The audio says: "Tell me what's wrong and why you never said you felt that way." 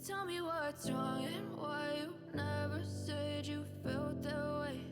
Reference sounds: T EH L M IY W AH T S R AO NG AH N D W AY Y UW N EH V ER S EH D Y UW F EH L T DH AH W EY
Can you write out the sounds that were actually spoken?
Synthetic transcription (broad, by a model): T EH L M IY W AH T R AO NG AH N W AY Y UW N EH V ER S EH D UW F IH L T DH AH W EY